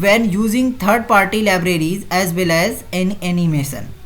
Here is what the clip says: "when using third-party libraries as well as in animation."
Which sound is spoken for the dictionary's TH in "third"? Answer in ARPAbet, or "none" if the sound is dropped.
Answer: T